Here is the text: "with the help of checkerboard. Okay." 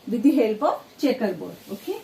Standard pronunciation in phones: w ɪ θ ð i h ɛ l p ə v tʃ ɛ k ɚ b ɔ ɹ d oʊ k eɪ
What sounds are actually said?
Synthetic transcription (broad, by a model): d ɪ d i h ɛ l p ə p tʃ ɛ k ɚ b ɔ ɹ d oʊ k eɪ